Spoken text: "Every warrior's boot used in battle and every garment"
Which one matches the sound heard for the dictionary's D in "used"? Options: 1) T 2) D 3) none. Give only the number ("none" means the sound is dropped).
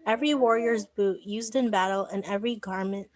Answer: 2